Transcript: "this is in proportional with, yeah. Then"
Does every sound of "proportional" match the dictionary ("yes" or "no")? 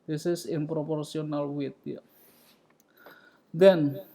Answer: no